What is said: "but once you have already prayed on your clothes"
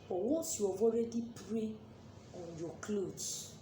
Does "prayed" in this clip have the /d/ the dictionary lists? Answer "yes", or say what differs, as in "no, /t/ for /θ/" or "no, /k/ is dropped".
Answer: no, /d/ is dropped